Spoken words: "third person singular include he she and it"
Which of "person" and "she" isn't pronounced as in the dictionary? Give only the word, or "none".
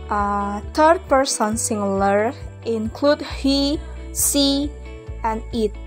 she